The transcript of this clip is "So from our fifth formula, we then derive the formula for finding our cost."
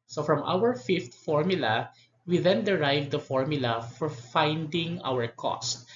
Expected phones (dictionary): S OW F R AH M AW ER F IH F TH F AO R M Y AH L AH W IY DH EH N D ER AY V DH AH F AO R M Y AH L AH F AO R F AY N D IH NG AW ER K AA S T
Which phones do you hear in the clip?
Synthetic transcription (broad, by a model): S OW F R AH M AW ER F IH F T F AO R M Y AH L AH W IY DH EH N D ER AY V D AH F AO R M Y AH L AH F AO R F AY N D IH NG AW ER K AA S T